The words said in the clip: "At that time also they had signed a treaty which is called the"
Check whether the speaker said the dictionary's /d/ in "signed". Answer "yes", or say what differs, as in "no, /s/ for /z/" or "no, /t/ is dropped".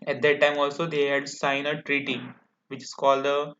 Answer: no, /d/ is dropped